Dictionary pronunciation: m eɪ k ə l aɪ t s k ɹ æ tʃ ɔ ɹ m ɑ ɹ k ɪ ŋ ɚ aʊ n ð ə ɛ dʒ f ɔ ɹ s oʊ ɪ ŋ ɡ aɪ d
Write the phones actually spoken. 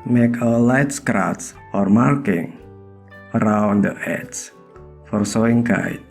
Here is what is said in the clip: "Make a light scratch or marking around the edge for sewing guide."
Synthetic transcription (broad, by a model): m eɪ k ə l aɪ t s k ɹ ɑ s ɔ ɹ m ɑ ɹ k ɪ ŋ ɚ aʊ n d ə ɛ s f ɔ ɹ s oʊ ɪ ŋ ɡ aɪ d